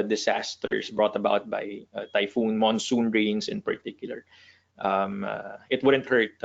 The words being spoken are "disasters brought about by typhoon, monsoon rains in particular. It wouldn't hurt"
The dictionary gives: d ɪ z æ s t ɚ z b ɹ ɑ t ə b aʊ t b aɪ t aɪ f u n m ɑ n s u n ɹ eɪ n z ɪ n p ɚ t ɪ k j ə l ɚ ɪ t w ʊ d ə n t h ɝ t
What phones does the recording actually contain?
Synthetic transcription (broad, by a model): d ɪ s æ s t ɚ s b ɹ ɑ t ə b aʊ t b aɪ t aɪ f u n m ɑ n s u n ɹ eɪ n s ɪ n p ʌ t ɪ k j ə l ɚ ɪ t w ʊ d ə n t h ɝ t